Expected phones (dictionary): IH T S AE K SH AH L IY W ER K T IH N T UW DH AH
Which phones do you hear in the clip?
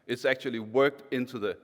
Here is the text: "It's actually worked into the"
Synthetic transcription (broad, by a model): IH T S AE K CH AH L IY W ER K T IH N T UW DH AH